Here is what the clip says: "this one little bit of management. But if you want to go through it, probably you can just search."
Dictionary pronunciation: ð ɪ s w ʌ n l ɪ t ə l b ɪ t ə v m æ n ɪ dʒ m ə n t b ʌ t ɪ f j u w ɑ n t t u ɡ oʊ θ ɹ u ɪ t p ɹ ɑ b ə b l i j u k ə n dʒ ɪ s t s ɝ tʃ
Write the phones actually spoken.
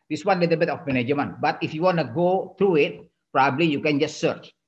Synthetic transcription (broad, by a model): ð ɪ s w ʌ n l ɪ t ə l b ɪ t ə f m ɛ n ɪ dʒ m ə n b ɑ t ɪ f j u w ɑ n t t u ɡ oʊ t ɹ u ɪ t p ɹ ɑ b ə b l i j u k ə n dʒ ɪ s t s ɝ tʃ